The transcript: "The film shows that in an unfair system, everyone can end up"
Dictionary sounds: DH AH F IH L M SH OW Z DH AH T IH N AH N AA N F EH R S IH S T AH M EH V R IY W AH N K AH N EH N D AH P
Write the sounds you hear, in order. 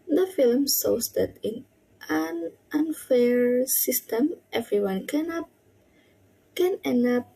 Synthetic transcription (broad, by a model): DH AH F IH L M S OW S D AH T IH N AH N AA N F EH R S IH S T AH M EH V R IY W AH N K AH N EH N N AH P